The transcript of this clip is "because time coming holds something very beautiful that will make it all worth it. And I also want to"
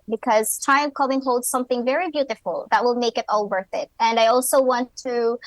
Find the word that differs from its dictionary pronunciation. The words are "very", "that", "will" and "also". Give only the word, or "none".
none